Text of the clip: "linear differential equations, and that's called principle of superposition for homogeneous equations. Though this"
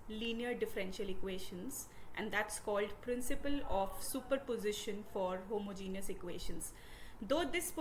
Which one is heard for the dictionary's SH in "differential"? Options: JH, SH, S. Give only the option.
SH